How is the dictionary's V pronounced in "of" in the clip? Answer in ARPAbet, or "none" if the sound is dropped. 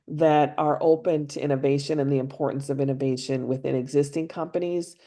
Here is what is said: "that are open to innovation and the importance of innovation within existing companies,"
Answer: V